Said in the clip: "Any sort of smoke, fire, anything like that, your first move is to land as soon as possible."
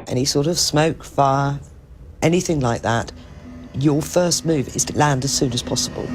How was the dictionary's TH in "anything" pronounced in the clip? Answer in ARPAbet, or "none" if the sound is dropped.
TH